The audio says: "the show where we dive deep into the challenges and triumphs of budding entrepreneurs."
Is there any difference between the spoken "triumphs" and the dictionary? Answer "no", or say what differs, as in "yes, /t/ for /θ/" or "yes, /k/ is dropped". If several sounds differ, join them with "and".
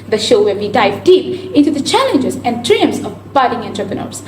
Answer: yes, /f/ is dropped